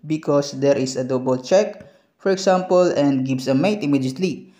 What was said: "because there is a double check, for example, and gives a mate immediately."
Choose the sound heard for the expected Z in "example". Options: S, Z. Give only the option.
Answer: S